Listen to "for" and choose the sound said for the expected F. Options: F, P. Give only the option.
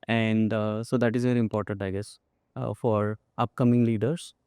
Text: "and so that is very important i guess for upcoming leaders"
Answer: F